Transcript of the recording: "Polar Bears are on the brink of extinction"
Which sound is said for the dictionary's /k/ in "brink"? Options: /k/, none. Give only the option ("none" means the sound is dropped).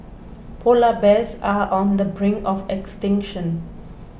none